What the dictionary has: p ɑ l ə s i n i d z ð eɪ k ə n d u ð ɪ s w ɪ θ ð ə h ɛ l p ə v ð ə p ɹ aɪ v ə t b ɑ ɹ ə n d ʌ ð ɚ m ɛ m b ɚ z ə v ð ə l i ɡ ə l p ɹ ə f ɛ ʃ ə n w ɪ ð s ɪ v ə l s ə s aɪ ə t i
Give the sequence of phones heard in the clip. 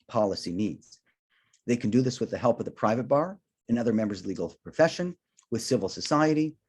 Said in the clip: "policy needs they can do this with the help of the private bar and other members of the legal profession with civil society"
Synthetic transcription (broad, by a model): p ɑ l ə s i n i d z ð eɪ k n d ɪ ð ɪ s w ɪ ð ə h ɛ l p ə v ð ə p ɹ aɪ v ə t b ɑ ɹ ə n ʌ ð ɚ m ɛ m b ɚ z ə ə l i ɡ l p ɹ ə f ɛ ʃ ə n w ɪ ð s ɪ v l s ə s aɪ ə t i